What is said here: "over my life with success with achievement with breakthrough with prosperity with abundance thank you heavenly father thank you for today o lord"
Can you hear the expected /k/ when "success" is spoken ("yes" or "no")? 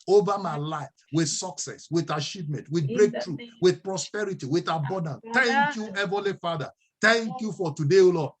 yes